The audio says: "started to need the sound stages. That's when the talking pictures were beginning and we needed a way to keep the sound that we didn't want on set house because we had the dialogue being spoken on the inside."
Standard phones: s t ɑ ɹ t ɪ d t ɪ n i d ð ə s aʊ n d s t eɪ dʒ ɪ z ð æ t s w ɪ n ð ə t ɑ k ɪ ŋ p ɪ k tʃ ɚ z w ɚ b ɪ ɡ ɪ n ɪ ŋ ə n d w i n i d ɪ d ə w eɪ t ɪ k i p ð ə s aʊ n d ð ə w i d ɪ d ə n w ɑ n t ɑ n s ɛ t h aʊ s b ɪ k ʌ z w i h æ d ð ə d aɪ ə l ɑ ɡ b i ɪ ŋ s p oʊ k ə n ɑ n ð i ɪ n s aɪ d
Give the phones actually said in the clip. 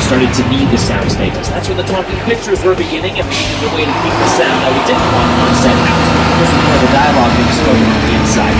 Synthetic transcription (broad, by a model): s t ɑ ɹ t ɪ d t ɪ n i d ð ə s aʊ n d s t eɪ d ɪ s ð æ t s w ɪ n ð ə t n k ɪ p ɪ k tʃ ɚ z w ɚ b ɪ ɡ ɪ n ɪ ŋ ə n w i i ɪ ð ə w eɪ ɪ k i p ð ə s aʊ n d ð ə w i d ɪ d n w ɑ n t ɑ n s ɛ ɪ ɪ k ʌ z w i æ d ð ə d aɪ ə l ɑ ɡ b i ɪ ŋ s oʊ ə ɪ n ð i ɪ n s aɪ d